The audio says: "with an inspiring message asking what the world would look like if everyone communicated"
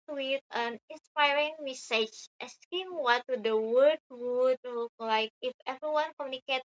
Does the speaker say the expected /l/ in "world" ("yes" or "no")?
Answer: no